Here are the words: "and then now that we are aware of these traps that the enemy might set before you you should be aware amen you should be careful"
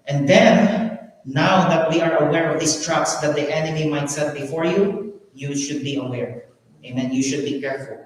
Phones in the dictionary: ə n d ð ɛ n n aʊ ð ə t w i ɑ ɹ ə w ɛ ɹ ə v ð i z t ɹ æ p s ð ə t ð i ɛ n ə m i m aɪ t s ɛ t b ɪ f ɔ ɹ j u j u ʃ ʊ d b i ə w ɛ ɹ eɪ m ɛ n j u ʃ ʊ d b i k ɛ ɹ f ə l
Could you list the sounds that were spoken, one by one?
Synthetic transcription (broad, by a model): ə n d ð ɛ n n aʊ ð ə t w i ɑ ɹ ə w ɛ ɹ ə v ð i s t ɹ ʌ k s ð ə t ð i ɛ n ə m i m aɪ t s ɛ t b ɪ f ɔ ɹ j u j u ʃ ʊ d b i ə w ɛ ɹ eɪ m ɛ n j u ʃ ʊ d b i k ɛ ɹ f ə l